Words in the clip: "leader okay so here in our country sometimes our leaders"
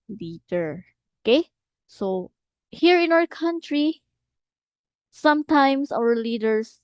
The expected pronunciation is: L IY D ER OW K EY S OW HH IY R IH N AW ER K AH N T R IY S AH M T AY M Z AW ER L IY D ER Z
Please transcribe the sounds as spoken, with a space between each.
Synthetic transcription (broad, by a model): L IY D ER OW K EY S OW HH IY R IH N AW ER K AH N T R IY S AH M T AY M S AW ER L IY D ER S